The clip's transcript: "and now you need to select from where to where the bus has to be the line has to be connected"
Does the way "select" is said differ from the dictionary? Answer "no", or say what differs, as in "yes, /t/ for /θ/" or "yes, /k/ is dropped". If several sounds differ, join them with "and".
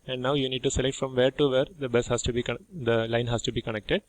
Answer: no